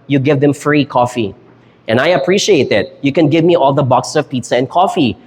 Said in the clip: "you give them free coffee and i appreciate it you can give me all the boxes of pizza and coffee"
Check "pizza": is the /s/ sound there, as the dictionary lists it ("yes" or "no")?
yes